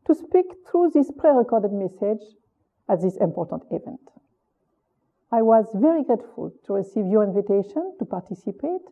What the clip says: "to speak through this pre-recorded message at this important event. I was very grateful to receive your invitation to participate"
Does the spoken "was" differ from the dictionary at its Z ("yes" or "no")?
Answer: no